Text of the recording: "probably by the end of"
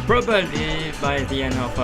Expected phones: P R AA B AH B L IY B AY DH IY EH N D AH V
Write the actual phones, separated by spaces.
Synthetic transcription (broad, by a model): P R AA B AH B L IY B AY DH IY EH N AH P